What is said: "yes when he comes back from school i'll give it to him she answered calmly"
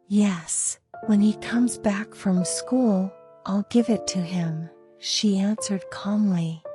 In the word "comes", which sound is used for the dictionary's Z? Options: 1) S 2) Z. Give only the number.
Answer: 2